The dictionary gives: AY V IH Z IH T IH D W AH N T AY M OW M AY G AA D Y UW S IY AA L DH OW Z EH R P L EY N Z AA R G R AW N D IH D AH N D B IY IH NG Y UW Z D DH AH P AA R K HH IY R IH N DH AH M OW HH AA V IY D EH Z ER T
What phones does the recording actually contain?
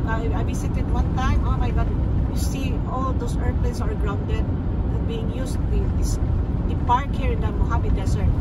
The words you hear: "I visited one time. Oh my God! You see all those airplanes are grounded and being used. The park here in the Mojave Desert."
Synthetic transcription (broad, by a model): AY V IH S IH T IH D W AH N T AY M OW M AY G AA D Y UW S IY AA L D OW S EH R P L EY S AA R G R AW N D IH D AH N B IY IH NG Y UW S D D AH P AA R K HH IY R IH N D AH M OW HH AA B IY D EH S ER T